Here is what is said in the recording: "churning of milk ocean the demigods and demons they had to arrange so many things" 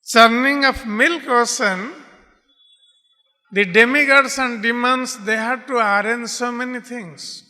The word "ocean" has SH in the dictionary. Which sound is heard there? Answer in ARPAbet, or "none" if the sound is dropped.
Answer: S